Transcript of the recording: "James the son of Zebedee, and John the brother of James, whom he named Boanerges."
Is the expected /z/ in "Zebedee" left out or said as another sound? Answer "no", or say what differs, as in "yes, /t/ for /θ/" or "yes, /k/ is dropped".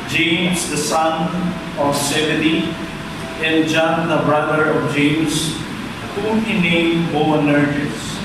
yes, /s/ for /z/